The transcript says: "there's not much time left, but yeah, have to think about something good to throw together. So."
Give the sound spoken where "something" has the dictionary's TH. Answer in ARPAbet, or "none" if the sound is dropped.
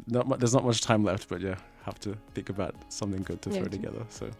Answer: TH